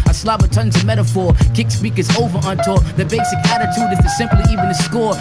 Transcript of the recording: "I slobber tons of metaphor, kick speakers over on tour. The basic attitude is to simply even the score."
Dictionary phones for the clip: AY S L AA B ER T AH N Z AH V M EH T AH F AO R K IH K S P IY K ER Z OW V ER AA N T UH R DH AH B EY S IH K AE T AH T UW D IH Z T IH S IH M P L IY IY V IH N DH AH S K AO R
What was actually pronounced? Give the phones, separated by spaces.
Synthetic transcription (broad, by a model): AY S L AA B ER T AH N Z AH M EH T AH F AO R K IH K S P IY K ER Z OW V ER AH N T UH L DH AH B EY S IH K AE T AH T UW D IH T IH S IH M P L IY IY V IH N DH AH S K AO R